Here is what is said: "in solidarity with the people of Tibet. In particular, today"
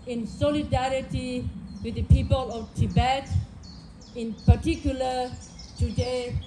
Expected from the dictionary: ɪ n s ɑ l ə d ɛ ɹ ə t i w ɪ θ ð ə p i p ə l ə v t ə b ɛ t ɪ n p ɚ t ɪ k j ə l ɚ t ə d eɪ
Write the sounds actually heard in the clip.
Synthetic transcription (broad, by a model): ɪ n s ɑ l ə d ɛ ɹ ə t i w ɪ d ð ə p i p ə l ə f t ə b ɛ t ɪ n p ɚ t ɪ k j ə l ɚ t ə d eɪ